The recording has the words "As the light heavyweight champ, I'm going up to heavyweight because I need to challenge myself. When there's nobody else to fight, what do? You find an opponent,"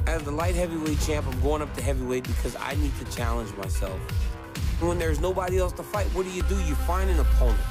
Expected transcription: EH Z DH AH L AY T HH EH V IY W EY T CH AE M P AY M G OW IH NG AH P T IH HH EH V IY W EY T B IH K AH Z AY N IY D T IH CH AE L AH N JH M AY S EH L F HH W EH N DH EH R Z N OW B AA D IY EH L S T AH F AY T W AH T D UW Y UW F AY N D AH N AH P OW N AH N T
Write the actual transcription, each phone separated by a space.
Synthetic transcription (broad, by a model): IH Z DH AH L AY T HH EH V IY W EY CH AE M P AY M G OW IH NG AH P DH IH HH EH V IY W EY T B IH K AH Z AY N IY D T IH CH AE L AH N JH M AY S EH L F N W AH N DH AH R Z N OW B AA D IY EH L S T AH F AY T W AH T D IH Y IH F AY N D AH N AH P OW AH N